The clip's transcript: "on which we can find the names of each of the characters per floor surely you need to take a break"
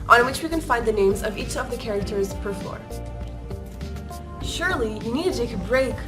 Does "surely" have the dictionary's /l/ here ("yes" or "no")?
yes